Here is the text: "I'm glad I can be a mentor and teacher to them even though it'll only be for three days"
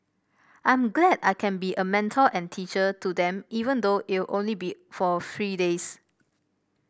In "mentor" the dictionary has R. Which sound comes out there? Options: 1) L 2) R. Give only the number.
1